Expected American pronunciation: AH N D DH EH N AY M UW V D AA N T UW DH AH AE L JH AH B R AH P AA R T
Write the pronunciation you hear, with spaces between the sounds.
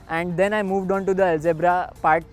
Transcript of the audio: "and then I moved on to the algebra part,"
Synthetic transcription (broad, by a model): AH N D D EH N AY M UW V D AA N T UW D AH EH L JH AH B R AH P AA R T